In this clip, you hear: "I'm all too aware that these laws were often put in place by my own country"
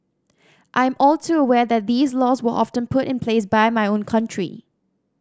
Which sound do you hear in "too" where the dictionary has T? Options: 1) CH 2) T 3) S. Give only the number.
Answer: 3